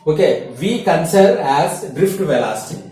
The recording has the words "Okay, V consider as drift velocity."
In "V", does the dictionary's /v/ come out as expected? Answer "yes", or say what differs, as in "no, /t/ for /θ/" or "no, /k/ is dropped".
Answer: yes